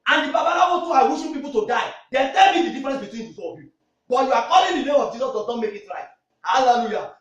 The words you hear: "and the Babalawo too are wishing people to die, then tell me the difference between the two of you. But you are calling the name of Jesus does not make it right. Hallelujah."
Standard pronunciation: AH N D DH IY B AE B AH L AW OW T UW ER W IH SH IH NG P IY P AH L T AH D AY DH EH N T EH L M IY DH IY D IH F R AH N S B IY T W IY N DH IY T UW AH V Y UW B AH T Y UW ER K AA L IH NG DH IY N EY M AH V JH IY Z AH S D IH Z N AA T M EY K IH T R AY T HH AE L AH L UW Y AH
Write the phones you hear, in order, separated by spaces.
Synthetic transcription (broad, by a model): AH N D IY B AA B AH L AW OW T UW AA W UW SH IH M P IY P AH L T AH D AY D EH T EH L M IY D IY D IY F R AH N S B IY T W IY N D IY S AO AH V Y UW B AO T Y UW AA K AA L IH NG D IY N EY M AH V JH IY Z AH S D IH Z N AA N M EY K IH T R AY T HH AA L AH L UW Y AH